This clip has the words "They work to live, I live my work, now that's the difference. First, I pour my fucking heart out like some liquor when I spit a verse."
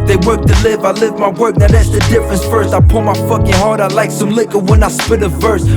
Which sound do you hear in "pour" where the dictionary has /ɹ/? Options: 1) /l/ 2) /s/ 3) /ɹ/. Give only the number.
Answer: 1